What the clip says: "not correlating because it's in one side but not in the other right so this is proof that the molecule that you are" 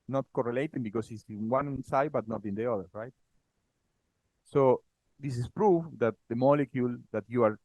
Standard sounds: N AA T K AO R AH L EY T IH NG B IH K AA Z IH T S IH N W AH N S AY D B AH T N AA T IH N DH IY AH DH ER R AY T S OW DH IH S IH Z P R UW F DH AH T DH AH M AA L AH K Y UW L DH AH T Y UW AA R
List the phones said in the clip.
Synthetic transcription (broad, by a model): N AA T K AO R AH L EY T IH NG B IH K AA S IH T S IH N W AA N S AY D B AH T N AA T IH N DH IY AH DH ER R AY T S OW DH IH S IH S P R UW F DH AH T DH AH M AA L AH K Y UW L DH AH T Y UW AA R